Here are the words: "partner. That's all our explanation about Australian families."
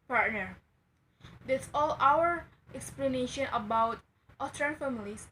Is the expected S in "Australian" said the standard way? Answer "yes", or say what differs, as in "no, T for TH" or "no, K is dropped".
no, S is dropped